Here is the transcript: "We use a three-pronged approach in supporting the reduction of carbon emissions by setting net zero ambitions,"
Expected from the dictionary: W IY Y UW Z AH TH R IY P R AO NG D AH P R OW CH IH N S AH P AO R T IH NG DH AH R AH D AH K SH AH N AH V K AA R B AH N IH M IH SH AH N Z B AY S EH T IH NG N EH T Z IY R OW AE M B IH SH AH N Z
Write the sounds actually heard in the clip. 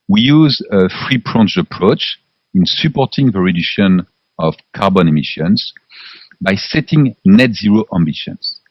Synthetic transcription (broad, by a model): W IY Y UW Z AH F R IY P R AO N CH AH P R OW CH IH N S AH P AO R T IH NG DH AH R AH D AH K SH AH N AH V K AA R B AH N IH M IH SH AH N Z B AY S EH T IH NG N EH T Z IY R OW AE M B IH SH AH N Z